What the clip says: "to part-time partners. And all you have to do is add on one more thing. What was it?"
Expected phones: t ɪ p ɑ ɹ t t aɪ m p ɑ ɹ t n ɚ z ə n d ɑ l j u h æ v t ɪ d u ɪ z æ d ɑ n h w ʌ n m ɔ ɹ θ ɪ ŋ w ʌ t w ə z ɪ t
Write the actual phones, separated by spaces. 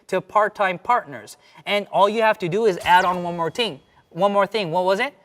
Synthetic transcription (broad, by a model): t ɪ p ɑ ɹ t t aɪ m p ɑ ɹ t n ɚ z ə n ɑ l j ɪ h æ f t ɪ d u ɪ z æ d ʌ n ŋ w ʌ n m ɔ ɹ θ ɪ ŋ w ʌ t w ə z ɪ t